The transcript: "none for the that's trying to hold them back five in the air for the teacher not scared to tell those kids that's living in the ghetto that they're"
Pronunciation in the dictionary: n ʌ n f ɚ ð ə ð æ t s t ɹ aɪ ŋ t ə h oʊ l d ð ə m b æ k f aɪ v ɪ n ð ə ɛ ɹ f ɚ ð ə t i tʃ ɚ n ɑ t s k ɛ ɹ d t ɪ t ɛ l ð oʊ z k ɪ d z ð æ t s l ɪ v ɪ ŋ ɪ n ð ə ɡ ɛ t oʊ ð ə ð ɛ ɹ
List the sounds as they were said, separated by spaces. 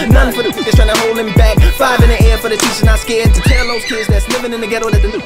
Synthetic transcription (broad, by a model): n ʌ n f ɚ ð ə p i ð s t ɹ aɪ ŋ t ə h oʊ l d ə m b æ k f aɪ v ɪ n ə ɛ ɹ f ɚ ð ə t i s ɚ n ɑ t s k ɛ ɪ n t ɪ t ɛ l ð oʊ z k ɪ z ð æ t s l ɪ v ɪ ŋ ɪ n ð ə ɡ ɛ t oʊ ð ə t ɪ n